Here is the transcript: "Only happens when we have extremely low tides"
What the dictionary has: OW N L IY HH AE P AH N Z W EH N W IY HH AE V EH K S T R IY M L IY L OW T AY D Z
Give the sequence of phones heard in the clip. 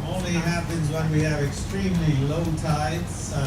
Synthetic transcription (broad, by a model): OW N L IY HH AE P AH N Z W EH N W IY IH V EH K S T R IY M L IY L OW T AY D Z